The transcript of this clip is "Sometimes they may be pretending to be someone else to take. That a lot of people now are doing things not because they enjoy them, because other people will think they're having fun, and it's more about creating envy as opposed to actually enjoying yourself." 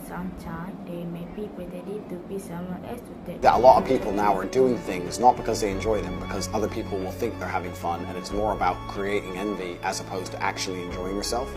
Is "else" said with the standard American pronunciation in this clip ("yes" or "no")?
no